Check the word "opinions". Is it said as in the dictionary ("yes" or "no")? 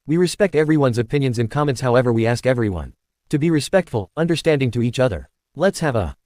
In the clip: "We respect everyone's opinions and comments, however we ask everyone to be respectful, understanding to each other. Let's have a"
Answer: yes